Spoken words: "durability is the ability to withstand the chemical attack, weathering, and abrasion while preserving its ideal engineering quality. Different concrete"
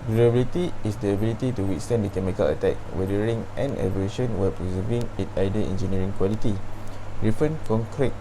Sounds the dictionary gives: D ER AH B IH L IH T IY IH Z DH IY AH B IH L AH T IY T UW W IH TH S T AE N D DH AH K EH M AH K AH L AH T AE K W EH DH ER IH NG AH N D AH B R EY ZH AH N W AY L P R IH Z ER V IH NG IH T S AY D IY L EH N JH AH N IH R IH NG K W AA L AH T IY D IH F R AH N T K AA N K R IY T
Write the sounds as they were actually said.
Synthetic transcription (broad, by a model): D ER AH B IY L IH T IY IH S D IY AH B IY L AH T IY T UW W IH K S T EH N D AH K EH M AH K AH L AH T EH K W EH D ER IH NG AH N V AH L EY SH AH N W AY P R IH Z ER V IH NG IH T AY D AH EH N JH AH N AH R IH NG K W AA L AH T IY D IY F AH N K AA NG K R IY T